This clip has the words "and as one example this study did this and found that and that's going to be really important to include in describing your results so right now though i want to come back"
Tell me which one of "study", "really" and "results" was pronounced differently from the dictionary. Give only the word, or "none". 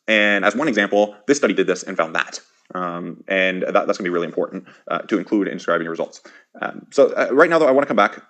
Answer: none